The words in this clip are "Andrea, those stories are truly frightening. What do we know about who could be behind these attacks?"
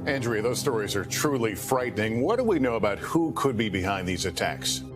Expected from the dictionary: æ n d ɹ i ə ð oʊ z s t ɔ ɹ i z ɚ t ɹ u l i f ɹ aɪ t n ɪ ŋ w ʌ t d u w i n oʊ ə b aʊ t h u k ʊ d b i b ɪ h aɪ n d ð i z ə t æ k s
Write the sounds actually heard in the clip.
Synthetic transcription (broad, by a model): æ n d ɹ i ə ð oʊ z s t ɔ ɹ i z ɚ t ɹ u l i f ɹ aɪ t n ɪ ŋ w ʌ t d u w i n oʊ ə b aʊ t h u k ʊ d b i b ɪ h aɪ n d ð i z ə t æ k s